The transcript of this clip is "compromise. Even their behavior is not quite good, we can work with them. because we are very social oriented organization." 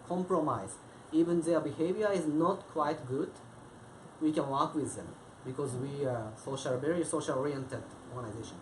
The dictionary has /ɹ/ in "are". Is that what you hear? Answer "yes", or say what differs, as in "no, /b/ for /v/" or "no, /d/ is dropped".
no, /l/ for /ɹ/